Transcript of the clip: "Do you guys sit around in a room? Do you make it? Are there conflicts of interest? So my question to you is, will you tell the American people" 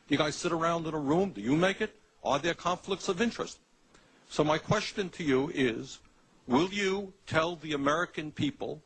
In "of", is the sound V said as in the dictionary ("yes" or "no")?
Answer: yes